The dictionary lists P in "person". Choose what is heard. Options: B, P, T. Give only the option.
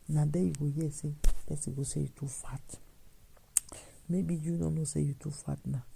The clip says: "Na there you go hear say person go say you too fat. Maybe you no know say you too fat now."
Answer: B